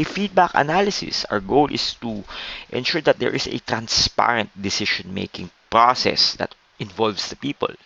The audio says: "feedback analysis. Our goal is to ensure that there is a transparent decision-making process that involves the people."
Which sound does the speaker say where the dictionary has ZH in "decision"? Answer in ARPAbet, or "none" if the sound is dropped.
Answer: SH